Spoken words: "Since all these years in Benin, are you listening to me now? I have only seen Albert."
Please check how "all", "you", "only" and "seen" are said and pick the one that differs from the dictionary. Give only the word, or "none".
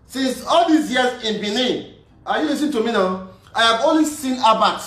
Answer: only